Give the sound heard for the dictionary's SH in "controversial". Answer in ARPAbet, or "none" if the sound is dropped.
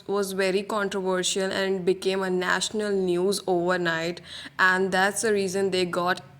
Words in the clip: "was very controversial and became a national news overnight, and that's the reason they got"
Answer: SH